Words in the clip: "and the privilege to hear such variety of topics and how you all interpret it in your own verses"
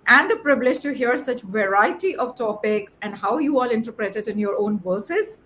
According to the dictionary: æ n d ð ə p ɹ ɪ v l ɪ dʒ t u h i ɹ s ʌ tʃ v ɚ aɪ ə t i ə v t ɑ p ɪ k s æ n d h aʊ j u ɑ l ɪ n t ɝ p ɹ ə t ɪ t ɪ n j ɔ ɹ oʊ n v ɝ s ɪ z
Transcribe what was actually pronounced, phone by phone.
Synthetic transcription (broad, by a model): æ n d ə p ɹ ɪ b l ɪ dʒ t u h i ɹ s ʌ tʃ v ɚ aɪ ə t i ə v t ɑ p ɪ k s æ n d h aʊ j u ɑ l ɪ n t ɝ p ɹ ə t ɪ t ɪ n j ɔ ɹ oʊ n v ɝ s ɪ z